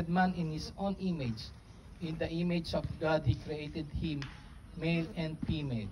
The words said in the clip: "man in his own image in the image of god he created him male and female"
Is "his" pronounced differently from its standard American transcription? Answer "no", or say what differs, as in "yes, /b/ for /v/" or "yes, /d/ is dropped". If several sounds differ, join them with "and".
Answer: yes, /s/ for /z/